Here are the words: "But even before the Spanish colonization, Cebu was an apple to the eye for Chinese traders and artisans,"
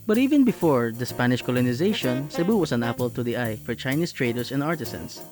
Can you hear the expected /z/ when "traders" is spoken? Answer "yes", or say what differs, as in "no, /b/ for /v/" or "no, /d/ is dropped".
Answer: no, /s/ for /z/